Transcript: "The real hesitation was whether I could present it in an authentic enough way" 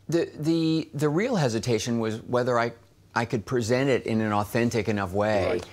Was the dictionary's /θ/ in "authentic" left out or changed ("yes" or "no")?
no